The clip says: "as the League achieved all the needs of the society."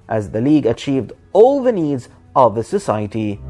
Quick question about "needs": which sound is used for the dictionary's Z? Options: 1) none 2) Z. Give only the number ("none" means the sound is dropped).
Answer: 2